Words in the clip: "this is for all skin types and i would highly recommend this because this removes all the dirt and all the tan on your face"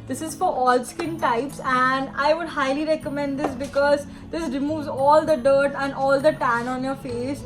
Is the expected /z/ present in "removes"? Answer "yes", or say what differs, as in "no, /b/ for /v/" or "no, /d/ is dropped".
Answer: yes